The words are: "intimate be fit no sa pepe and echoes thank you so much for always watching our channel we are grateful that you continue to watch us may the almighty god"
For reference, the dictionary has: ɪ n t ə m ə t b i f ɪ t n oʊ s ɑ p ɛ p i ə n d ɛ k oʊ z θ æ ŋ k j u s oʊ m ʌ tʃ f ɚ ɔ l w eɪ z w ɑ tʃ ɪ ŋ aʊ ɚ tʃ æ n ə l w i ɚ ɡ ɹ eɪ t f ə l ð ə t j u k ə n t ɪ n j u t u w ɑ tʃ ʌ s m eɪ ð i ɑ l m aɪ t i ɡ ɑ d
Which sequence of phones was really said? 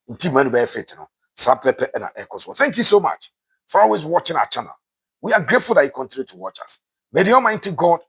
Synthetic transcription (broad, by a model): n t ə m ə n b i f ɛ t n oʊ s ɑ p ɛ p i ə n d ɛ k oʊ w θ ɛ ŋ k j u s oʊ m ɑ tʃ f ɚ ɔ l w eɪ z w ɑ tʃ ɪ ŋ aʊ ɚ tʃ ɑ n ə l w i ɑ ɡ ɹ eɪ t f ə l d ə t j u k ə n t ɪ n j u t u w ɑ tʃ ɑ s m eɪ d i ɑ m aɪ t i ɡ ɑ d